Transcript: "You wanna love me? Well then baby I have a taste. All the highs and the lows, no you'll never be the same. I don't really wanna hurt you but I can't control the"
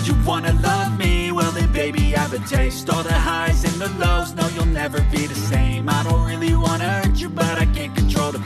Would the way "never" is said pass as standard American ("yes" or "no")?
yes